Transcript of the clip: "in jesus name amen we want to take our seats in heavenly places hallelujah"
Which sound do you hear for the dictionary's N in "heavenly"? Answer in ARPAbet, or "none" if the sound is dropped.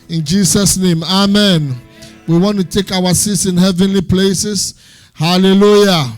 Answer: N